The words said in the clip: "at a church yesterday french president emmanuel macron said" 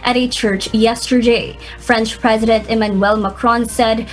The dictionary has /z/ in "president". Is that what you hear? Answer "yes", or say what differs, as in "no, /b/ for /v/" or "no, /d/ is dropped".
yes